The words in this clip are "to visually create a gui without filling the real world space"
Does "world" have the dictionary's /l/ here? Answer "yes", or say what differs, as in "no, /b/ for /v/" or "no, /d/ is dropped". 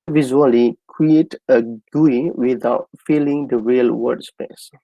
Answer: no, /l/ is dropped